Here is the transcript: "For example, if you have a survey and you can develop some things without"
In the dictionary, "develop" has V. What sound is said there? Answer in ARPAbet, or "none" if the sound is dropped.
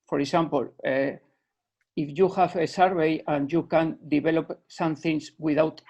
B